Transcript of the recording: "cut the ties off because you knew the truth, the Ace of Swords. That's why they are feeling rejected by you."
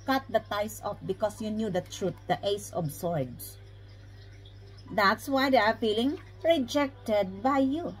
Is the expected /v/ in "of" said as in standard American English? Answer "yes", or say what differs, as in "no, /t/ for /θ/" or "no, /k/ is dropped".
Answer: no, /b/ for /v/